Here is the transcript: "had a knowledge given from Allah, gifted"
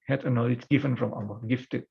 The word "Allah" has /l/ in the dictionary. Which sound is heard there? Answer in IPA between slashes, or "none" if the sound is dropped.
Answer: none